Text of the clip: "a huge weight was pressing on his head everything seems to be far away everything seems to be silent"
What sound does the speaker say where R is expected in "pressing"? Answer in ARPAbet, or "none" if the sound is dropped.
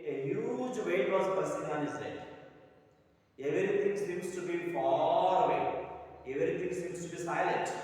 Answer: none